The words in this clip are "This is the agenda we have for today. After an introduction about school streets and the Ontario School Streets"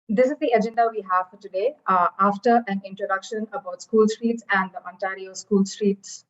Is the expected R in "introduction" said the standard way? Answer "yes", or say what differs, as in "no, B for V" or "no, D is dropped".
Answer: yes